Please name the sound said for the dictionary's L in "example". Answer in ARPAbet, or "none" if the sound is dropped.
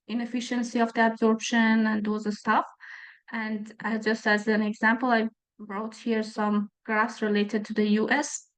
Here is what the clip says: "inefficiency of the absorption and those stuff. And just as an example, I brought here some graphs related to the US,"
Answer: L